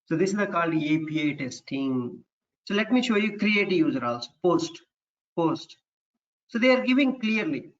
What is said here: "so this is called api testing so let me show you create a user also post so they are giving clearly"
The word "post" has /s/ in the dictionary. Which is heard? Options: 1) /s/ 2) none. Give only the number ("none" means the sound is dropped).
1